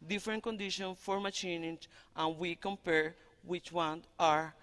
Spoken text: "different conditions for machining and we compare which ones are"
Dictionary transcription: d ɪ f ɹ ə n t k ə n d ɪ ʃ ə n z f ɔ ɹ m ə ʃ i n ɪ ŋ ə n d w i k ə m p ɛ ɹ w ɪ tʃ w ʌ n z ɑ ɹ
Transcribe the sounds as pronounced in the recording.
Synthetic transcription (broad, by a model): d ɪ f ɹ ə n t k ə n d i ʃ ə n f ɔ ɹ m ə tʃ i n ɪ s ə n w i k ə m p ɛ ɹ w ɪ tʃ w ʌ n ɑ ɹ